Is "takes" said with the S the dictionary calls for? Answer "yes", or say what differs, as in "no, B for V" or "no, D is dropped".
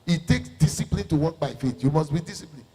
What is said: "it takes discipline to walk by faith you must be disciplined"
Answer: yes